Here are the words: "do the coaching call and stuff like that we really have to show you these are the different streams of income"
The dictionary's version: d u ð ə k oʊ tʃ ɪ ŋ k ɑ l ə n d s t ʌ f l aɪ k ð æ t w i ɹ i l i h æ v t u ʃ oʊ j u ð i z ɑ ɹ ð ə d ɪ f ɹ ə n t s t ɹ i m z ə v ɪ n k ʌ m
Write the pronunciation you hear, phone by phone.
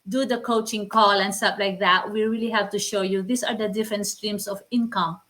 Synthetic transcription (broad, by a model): d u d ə k oʊ tʃ ɪ ŋ k ɑ l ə n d s t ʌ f l aɪ k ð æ t w i ɹ i l i h æ v t u ʃ oʊ j u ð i s ɑ ɹ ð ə d ɪ f ɹ ə n t s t ɹ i m s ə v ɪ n k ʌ m